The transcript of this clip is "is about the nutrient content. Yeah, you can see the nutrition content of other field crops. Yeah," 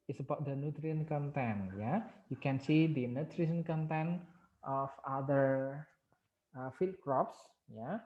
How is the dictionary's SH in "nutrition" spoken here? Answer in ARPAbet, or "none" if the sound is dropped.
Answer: S